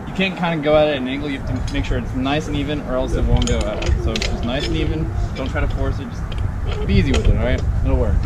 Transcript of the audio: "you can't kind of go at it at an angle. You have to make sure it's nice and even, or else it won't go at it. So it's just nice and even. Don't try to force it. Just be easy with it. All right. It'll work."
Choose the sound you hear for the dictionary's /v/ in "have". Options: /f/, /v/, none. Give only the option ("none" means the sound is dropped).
/f/